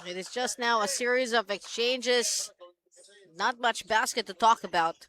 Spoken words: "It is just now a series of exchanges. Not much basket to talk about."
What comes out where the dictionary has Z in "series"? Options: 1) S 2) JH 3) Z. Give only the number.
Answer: 3